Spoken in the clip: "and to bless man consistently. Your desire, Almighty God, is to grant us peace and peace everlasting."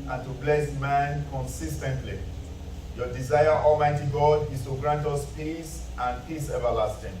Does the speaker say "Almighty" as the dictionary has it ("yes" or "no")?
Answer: yes